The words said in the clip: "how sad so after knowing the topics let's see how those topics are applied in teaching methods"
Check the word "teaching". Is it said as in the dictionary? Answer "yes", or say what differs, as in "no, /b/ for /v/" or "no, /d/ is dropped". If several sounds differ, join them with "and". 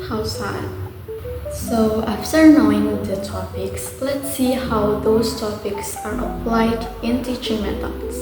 yes